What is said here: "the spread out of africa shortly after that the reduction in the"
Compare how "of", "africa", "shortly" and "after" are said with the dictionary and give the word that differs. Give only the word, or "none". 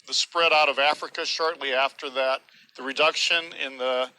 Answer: none